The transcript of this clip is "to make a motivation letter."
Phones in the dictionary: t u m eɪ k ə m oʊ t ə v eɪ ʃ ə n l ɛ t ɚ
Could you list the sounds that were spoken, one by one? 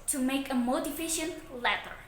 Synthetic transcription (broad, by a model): t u m eɪ k ə m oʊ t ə f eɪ ʃ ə n l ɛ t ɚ